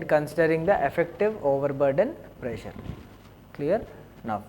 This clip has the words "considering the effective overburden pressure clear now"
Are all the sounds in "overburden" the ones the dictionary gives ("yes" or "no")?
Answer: yes